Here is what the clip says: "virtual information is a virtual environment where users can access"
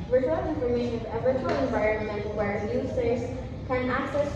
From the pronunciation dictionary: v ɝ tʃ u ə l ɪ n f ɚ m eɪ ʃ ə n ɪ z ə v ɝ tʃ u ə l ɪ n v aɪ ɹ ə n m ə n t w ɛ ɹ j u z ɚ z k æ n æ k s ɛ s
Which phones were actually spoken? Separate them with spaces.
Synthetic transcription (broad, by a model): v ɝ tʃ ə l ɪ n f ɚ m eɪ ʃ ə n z ə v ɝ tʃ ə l ɪ n v aɪ ɹ ə n m ə n t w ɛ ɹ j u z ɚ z k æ n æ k s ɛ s